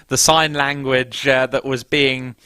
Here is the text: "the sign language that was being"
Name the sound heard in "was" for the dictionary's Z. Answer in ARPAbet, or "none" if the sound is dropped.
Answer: Z